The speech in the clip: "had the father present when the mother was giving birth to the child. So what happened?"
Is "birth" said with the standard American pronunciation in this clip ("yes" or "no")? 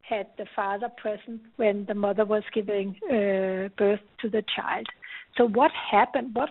yes